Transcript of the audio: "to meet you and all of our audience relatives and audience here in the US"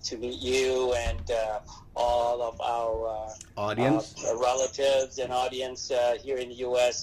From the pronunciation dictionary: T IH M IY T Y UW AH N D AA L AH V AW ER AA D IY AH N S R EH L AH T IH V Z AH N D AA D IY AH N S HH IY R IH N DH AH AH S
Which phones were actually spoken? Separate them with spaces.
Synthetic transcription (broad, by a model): T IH M IY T Y UW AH N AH AA L AH V AW ER AA D IY AH N S R EH L AH T IH V Z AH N AA D IY AH N S HH IY R IH N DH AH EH S